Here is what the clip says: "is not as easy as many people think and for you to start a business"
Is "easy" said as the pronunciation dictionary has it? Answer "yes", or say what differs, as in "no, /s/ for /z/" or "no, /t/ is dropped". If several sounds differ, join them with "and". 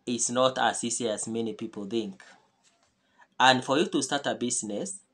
no, /s/ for /z/